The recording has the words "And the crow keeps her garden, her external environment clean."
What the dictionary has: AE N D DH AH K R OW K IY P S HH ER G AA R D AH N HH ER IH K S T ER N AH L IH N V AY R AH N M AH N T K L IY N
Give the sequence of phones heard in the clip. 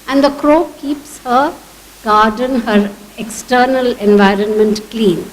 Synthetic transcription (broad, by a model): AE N D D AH K R OW K IY P S HH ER G AA R D AH N HH ER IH K S T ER N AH L IH N V AY R AH N M AH N T K L IY N